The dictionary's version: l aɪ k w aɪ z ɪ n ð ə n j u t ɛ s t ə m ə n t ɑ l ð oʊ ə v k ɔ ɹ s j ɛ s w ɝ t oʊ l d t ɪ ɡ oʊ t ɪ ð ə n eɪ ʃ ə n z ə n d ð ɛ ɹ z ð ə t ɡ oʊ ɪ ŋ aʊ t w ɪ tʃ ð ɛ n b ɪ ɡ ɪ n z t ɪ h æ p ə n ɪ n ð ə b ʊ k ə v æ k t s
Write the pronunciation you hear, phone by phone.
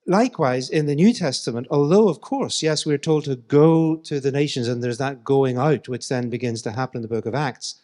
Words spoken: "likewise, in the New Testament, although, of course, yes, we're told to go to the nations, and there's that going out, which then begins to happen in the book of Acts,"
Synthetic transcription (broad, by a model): l aɪ k w aɪ z ɪ n ð ə n j u t ɛ s t ə m ə n t ɑ l ð oʊ ə v k ɔ ɹ s j ɛ s w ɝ t oʊ l d t ɪ ɡ oʊ t ɪ ð ə n eɪ ʃ ə n z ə n ð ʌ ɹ z ð ə t ɡ oʊ ɪ ŋ aʊ t w ɪ tʃ ð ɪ n b ɪ ɡ ɪ n z t ɪ h æ p ə n ɪ n ð ə b ʊ k ə v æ k t s